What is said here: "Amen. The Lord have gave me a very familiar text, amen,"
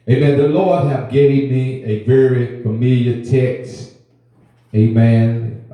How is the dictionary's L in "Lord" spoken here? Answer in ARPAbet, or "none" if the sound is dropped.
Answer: L